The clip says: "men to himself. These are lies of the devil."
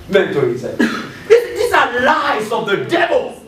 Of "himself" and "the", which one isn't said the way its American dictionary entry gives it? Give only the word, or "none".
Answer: himself